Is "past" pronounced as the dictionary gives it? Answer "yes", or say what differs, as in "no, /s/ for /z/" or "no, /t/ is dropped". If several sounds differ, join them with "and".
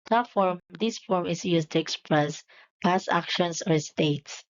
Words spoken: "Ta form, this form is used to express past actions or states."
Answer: no, /t/ is dropped